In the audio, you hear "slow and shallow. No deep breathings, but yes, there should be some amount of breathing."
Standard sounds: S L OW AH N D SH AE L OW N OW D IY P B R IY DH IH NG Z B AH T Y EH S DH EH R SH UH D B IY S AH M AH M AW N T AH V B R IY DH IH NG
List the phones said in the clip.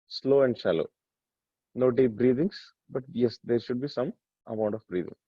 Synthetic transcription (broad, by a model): S L OW AH N D SH AE L OW N OW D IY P B R IY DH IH NG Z B AH T Y EH S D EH R SH UH D B IY S AH M AH M AW N T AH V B R IY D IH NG